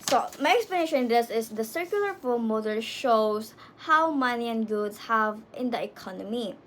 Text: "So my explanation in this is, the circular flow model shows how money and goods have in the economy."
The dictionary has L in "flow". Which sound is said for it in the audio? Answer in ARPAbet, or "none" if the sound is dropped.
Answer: none